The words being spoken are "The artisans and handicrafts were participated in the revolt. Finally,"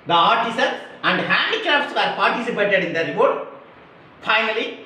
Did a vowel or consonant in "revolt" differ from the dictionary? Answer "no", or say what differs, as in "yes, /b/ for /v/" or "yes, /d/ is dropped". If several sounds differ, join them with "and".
yes, /l/ is dropped